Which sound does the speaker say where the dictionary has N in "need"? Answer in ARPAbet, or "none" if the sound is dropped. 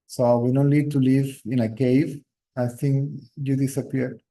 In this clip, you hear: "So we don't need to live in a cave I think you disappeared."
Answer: L